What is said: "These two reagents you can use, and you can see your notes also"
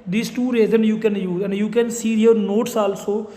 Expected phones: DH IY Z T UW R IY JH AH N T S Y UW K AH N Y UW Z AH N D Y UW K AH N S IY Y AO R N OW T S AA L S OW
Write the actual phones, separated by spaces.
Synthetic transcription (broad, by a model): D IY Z T UW R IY Z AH N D Y UW K AH N Y UW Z AH N D Y UW K AH N S IY Y AO R N OW T S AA L S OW